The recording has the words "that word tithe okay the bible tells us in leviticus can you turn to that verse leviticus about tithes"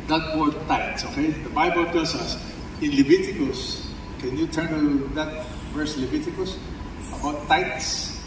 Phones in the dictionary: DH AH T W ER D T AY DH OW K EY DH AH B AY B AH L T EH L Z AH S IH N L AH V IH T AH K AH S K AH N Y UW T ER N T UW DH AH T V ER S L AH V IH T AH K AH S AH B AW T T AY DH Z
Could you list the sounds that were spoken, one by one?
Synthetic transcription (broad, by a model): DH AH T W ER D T AY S OW K EY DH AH B AY B AH L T EH L S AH S IH N L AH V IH T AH K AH S K AH N Y UW T ER N T UW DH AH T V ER S L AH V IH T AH K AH S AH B AW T T AY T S